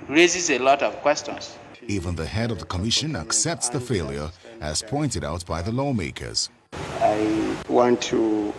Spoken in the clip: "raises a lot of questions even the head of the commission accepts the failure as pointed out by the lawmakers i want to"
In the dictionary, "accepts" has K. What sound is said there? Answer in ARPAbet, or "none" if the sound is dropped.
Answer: K